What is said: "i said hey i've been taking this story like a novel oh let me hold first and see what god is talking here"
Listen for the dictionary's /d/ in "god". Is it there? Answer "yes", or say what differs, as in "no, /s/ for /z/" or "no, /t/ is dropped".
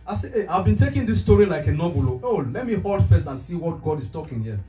yes